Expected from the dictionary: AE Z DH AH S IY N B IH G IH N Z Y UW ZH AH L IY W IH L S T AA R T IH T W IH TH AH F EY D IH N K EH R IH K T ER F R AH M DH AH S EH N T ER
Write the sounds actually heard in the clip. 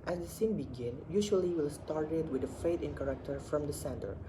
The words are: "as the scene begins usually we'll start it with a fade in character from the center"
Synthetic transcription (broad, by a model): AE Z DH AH S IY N B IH G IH N Y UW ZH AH L IY W IH L S T AA R T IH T W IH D AH F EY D IH N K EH R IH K T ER F R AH M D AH S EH N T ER